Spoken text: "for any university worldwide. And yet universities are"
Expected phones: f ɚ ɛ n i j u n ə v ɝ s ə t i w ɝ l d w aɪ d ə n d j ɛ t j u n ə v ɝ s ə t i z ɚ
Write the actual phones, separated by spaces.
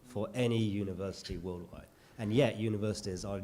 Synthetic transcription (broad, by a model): f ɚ ɛ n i j u n ə v ɝ s ə t i w ɝ l d w aɪ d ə n j ɛ t j u n ə v ɝ s ə t i z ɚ